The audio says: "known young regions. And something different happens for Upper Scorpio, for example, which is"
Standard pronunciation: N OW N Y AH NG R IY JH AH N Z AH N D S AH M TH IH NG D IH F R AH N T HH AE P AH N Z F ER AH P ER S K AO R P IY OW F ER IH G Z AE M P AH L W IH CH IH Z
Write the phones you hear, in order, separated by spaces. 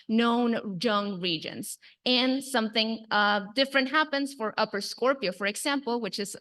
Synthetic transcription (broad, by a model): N OW N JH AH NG R IY JH AH N Z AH N S AH M TH IH NG D IH F R AH N T HH AE P AH N Z F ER AH P ER S K AO R P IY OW F ER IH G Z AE M P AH L W IH CH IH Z